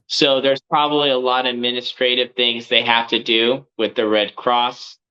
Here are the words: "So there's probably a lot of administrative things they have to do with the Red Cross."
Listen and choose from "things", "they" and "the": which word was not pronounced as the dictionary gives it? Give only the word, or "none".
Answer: none